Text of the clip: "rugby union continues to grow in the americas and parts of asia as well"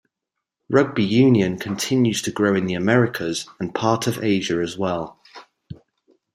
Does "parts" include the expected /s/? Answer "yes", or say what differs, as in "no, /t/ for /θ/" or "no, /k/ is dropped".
no, /s/ is dropped